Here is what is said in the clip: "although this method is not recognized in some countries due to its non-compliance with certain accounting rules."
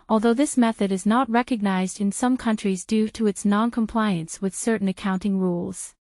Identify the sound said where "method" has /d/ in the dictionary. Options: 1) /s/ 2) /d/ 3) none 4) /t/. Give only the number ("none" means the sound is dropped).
2